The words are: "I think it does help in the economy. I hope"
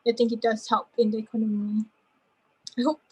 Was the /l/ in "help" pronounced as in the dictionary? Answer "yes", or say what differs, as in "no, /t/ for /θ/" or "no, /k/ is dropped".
no, /l/ is dropped